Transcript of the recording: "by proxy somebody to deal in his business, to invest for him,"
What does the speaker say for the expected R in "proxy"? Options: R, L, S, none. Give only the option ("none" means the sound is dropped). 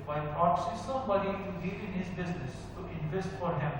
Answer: none